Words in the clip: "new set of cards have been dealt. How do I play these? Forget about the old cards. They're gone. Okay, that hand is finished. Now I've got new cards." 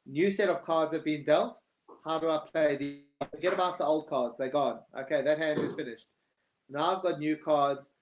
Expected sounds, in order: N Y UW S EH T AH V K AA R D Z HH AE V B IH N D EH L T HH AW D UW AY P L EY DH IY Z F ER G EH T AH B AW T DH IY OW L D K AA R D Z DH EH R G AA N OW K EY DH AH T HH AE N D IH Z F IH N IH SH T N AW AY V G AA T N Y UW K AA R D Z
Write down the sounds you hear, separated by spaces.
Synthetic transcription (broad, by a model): N Y UW S EH T AH V K AA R D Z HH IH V B IH N D EH L T HH AW D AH AY P L EY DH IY F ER G EH T AH B AW T DH IY OW L D K AA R D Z DH EH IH G AA N OW K EY DH AH T HH AE N D IH Z F IH N IH SH T N AW AY V G AA T N Y UW K AA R D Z